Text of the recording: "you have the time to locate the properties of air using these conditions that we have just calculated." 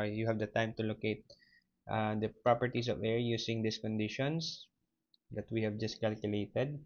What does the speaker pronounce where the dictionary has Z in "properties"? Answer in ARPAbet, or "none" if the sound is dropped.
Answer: S